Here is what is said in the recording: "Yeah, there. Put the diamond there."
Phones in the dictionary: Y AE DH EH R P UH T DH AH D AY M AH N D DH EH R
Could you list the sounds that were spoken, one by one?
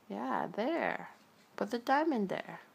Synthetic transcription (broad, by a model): Y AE DH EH R B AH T DH AH D AY M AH N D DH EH R